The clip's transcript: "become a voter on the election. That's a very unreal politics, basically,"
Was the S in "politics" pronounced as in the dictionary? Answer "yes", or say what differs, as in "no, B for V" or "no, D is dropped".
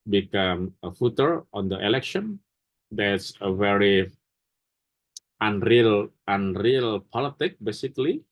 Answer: no, S is dropped